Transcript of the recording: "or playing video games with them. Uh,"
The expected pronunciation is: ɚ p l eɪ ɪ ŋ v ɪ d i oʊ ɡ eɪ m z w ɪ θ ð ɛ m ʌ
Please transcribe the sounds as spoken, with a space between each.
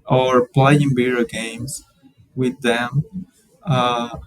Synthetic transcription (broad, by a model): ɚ p l eɪ ɪ ŋ b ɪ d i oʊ ɡ eɪ m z w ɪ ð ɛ m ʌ